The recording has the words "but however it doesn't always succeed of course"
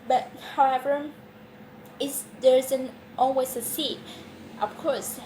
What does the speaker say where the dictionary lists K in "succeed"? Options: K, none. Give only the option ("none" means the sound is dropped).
none